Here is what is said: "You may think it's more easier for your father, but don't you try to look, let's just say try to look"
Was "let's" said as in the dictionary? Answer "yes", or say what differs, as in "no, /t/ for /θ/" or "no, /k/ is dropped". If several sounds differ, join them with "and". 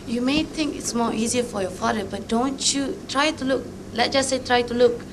no, /s/ is dropped